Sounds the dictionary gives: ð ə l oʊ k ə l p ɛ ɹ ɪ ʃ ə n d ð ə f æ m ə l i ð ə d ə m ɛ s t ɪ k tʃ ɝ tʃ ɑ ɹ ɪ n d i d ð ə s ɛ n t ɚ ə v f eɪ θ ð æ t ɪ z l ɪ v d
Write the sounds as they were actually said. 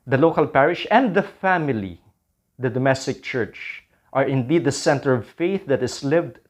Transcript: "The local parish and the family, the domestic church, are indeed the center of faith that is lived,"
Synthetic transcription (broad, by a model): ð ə l oʊ k ə l p ɛ ɹ ɪ ʃ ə n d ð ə f æ m ə l i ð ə d ə m ɛ s t ɪ k tʃ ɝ tʃ ɑ ɹ ɪ n d i d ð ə s ɛ n t ɚ ə v f eɪ θ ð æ t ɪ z l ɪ v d